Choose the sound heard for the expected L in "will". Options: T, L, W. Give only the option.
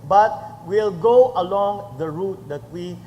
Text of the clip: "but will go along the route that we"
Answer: L